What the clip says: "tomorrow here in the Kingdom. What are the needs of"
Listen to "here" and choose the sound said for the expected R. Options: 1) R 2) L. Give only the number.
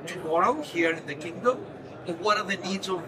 1